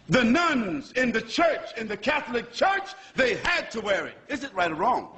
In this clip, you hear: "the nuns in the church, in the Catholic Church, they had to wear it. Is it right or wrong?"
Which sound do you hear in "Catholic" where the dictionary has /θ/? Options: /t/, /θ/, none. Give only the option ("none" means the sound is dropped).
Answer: /θ/